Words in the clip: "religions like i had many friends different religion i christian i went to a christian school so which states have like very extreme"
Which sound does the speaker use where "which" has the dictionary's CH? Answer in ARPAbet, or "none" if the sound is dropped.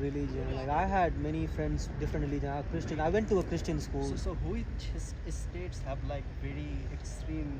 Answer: S